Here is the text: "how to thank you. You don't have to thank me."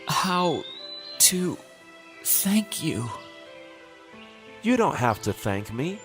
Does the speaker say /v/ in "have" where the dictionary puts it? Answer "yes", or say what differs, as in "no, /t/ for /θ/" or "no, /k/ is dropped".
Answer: no, /f/ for /v/